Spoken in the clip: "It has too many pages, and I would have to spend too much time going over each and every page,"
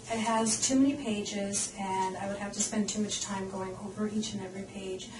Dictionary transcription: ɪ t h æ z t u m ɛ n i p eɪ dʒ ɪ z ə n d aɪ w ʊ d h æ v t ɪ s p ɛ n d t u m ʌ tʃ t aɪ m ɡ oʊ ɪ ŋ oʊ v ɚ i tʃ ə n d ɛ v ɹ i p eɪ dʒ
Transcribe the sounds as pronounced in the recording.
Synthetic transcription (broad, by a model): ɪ t h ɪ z t u m ɛ n i p eɪ dʒ ɪ z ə n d aɪ w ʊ d h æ f t ɪ s p ɛ n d t u m ʌ tʃ t aɪ m ɡ oʊ ɪ ŋ oʊ v ɚ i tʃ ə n ɛ v ɹ i p eɪ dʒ